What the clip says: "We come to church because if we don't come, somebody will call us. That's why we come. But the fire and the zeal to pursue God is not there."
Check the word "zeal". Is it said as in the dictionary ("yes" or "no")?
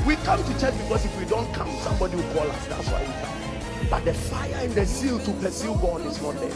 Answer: no